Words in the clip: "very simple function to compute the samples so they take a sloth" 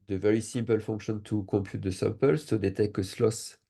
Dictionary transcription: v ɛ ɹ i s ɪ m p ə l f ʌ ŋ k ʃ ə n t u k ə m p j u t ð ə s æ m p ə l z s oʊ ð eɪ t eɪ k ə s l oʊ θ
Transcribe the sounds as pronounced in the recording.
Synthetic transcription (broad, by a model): v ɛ ɹ i s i m p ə l f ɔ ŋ k ʃ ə n t u k ə m p j u t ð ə s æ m p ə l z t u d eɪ t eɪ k ə s l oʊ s